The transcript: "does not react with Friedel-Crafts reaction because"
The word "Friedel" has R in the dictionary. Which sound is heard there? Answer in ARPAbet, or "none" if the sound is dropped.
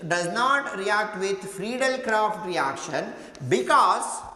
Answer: R